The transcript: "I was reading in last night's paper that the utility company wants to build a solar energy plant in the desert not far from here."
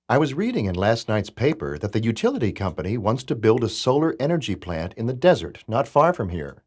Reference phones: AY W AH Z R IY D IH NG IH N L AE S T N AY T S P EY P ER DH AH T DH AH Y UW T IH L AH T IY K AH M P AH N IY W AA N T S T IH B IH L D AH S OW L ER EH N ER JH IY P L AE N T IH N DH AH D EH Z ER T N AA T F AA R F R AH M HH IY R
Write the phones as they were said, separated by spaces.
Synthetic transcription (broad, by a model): AY W AH Z R IY D IH NG IH N L AE S T N AY T S P EY P ER DH AH T DH AH Y UW T IH L AH T IY K AH M P AH N IY W AA N T S T IH B IH L D AH S OW L ER EH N ER JH IY P L AE N T IH N DH AH D EH Z ER T N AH T F AA R F R AH M HH IY R